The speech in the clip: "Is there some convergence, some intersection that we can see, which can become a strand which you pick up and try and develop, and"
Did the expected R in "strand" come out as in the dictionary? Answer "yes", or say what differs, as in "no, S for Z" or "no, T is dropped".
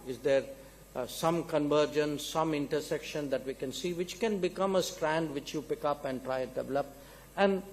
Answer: yes